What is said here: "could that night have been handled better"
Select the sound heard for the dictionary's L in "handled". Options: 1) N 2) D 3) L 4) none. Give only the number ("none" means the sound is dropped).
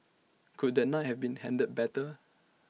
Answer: 4